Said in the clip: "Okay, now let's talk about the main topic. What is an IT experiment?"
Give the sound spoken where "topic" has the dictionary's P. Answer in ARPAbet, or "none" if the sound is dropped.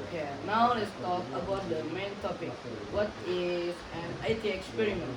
P